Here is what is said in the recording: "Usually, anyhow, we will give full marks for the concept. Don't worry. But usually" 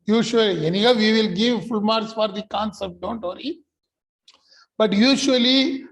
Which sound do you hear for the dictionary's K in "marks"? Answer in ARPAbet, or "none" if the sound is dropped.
none